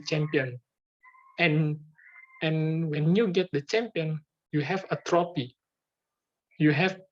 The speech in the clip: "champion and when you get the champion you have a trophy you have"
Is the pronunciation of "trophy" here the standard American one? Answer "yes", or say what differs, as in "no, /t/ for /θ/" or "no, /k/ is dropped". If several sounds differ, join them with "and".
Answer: no, /p/ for /f/